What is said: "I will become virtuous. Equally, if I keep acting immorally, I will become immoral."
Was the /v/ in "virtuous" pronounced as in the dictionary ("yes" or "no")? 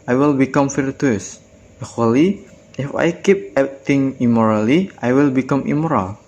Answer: no